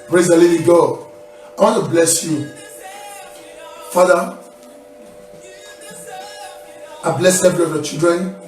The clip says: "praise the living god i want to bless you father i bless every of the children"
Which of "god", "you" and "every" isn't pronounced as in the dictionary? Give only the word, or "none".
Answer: god